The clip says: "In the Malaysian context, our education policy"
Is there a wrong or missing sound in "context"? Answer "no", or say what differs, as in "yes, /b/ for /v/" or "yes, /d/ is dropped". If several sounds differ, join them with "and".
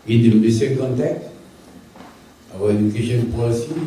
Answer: yes, /s/ is dropped